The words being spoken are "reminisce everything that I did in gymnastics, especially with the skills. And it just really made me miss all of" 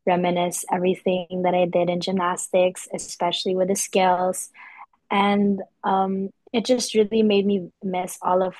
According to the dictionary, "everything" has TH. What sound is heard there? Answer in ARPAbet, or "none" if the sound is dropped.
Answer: TH